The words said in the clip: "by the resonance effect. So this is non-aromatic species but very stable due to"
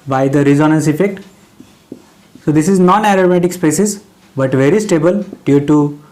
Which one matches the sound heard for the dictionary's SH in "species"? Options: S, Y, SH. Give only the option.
S